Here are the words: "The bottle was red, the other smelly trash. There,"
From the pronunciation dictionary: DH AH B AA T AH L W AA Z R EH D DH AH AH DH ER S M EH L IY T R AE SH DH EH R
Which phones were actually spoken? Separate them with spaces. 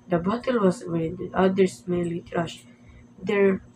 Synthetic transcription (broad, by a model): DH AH B AA T AH L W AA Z W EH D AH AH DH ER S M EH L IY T R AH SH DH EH R